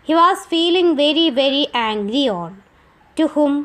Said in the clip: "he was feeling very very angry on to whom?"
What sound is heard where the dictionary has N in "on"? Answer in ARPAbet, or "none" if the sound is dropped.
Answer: L